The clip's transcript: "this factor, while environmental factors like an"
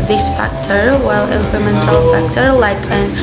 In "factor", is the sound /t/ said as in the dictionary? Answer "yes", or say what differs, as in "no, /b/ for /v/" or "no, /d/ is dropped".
yes